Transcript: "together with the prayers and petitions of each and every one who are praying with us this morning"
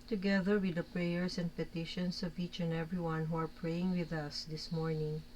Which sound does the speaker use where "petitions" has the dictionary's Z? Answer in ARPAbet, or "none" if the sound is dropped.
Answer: S